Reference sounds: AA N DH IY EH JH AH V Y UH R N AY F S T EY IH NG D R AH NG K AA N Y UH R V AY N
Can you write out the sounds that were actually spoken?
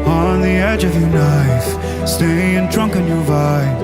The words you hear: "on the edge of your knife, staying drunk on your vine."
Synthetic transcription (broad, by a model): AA N DH IY EH JH AH V Y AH R N AY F S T EY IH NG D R AH NG K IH N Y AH R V AY